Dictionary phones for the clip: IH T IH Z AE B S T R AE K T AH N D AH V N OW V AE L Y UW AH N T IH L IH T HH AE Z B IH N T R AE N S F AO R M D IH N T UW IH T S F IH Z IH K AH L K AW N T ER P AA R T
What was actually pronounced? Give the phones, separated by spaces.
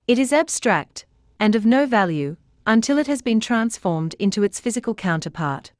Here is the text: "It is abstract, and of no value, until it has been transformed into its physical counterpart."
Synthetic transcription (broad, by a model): IH T IH Z AE B S T R AE K T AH N AH V N OW V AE L Y UW AH N T IH L IH T HH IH Z B IH N T R AE N S F AO R M D IH N T UW IH T S F IH Z IH K AH L K AW N T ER P AA R T